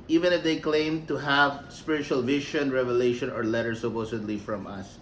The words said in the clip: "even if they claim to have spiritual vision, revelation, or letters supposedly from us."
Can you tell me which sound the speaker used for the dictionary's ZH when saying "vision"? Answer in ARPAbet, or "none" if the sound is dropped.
SH